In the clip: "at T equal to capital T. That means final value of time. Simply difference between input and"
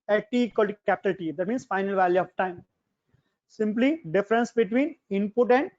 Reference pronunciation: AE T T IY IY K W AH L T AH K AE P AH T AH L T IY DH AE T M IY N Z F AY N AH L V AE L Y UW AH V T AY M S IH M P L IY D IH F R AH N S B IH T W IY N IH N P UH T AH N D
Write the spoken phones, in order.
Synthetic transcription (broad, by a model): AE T T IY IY K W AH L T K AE P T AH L T IY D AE T M IY N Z F AY N AH L V AE L Y UW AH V T AY M S IH M P L IY D IH F R AH N S B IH T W IY N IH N P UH T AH N D